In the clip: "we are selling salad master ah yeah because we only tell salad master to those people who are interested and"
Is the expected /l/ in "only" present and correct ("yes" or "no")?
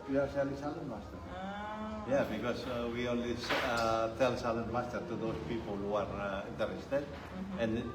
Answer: no